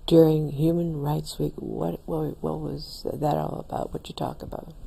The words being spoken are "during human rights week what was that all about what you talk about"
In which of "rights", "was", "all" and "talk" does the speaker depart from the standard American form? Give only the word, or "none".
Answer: none